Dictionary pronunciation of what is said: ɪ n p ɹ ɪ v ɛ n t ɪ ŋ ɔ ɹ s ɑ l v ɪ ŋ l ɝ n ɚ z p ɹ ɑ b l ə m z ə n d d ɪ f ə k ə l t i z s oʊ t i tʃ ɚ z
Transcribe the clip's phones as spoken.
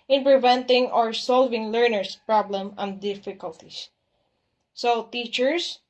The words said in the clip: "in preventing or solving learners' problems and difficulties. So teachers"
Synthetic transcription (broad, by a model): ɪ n p ɹ ɪ v ɛ n t ɪ ŋ ɔ ɹ s ɑ l v ɪ ŋ l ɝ n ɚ s p ɹ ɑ b l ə m ə n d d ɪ f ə k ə l t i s s oʊ t i tʃ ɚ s